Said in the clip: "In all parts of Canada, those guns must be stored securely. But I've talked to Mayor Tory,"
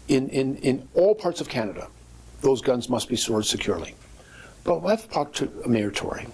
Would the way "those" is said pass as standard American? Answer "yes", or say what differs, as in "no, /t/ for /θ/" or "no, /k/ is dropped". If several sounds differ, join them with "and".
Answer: yes